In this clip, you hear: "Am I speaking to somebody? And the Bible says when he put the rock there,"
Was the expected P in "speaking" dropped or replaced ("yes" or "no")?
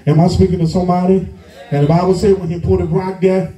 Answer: no